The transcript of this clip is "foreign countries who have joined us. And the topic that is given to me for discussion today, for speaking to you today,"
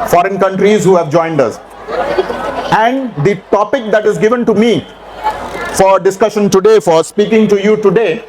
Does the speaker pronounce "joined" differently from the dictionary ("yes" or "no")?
no